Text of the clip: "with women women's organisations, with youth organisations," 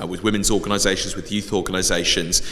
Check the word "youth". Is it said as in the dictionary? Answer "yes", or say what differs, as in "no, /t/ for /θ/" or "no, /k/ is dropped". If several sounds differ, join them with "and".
yes